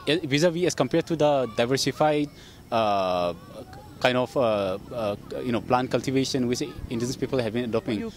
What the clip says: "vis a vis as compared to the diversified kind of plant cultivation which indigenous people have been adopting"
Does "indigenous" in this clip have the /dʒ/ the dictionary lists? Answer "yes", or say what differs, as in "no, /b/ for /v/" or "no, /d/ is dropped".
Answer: no, /dʒ/ is dropped